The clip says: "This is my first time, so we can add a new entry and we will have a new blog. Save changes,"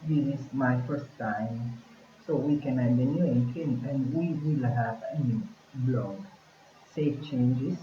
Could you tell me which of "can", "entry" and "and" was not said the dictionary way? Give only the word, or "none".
entry